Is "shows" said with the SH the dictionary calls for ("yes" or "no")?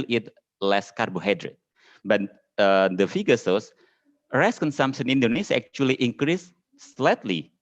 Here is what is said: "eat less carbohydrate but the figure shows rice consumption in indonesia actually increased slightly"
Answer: no